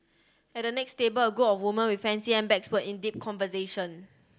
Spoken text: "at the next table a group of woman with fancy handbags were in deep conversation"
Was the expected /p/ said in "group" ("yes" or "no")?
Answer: no